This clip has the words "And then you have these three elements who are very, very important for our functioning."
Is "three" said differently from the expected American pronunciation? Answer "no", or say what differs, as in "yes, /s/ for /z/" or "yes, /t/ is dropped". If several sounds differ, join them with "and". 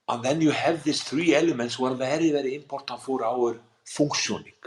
no